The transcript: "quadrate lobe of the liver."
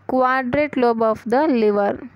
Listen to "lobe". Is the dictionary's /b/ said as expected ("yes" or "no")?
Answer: yes